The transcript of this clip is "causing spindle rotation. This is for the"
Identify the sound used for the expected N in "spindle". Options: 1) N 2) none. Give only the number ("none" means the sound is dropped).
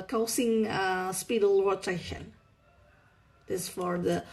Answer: 2